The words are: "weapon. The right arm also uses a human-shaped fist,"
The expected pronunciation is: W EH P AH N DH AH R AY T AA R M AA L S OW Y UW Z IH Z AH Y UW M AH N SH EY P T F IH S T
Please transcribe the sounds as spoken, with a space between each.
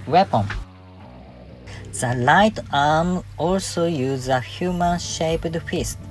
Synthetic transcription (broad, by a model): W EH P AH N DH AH L AY T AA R M AA L S OW Y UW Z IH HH Y UW M AH N SH EY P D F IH S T